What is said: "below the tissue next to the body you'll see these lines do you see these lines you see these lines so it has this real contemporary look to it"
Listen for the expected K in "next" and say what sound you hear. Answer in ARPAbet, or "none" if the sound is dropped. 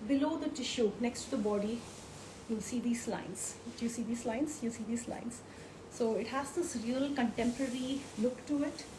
K